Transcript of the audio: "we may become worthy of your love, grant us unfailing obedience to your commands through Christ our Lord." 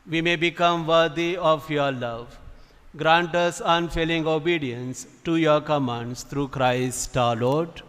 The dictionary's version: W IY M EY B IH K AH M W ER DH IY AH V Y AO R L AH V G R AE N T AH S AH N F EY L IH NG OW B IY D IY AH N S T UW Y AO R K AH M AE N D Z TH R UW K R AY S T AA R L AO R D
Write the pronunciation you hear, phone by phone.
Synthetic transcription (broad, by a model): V IY M EY B IH K AH M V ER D IY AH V Y AO R L AH V G R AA N T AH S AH N F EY L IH NG OW B IY D IY AH N S T UW Y AO R K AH M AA N D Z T R UW K R AY S T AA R L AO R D